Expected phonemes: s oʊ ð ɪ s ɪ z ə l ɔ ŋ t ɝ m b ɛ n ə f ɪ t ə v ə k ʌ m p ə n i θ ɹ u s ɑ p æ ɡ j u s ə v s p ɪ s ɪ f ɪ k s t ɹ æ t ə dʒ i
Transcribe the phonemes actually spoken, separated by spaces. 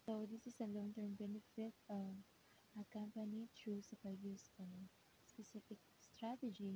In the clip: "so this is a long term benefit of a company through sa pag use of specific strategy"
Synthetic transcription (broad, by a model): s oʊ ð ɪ s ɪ s ə l ɔ ŋ t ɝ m b ɛ n ə f ɪ t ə ə k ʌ m p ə n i t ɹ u s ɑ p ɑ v j u s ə s p ɪ s ɪ f ɪ k s t ɹ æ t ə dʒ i